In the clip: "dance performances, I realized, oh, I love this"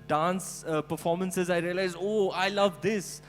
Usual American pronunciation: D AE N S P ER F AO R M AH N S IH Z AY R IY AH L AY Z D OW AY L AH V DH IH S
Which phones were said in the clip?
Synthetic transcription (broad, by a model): D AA N S P ER F AO R M AH N S IH Z AY R IY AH L AY Z OW AY L AH V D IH S